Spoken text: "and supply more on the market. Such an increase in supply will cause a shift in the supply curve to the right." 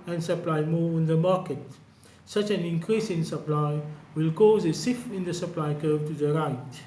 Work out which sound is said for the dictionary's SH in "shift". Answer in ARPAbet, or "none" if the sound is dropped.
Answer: S